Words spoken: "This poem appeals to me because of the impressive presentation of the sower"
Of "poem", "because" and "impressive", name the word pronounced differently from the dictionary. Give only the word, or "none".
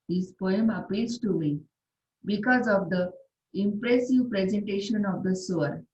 none